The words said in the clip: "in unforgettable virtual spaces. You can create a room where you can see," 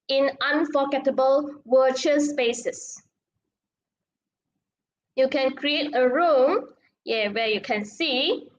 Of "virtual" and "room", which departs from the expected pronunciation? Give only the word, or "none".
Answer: virtual